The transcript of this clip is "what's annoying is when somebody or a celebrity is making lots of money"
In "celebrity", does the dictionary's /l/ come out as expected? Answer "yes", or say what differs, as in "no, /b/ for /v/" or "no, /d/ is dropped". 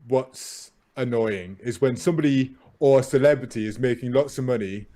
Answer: yes